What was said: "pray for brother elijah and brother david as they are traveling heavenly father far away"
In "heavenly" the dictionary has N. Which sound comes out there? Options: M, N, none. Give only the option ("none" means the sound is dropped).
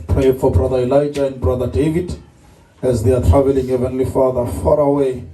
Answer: N